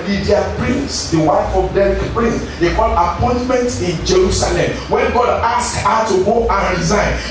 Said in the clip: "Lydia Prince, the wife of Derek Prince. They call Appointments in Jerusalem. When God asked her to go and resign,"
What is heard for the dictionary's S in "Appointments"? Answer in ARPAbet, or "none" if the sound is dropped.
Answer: none